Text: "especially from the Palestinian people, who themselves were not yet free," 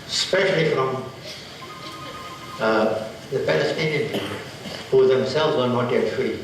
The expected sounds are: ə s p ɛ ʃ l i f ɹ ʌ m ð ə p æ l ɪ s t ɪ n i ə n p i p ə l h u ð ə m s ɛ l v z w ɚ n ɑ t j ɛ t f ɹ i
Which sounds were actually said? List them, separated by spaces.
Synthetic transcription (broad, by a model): s p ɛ ʃ l i f ɹ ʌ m ð ə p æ l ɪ s t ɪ n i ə n p i p ə l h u ð ə m s ɛ l v z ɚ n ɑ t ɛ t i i